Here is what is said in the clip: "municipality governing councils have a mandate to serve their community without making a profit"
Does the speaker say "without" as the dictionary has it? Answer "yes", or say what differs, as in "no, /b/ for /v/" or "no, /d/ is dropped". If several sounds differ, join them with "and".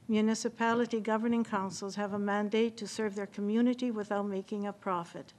yes